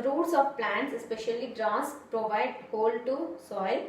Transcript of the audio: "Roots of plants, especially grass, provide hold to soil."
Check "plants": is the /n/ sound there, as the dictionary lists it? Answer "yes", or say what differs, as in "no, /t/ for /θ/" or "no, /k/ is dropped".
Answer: yes